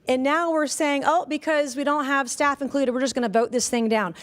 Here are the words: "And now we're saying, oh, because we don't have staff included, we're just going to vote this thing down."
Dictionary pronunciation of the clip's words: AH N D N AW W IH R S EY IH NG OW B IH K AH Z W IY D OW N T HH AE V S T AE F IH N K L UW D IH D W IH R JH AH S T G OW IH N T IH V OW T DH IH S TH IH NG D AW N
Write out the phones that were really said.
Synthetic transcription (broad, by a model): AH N N AW W IH R S EY IH NG OW B IH K AH Z W IY D OW N T HH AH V S T AE F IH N K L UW D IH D W IH R JH AH S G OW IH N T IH V OW T DH IH S TH IH NG D AW N